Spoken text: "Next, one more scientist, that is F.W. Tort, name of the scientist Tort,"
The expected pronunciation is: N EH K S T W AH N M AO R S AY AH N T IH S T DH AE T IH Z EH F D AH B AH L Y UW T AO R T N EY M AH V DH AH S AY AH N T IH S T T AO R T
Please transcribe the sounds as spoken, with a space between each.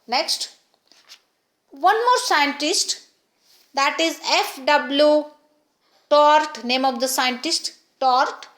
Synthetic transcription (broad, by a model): N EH K S T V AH N M AO R S AY AH N T IH S T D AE T IH Z EH F D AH B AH L Y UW T AO R T N EY M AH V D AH S AY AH N T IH S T T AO R T